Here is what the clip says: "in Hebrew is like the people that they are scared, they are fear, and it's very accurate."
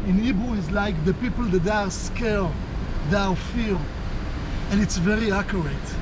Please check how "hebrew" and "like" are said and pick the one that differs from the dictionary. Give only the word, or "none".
hebrew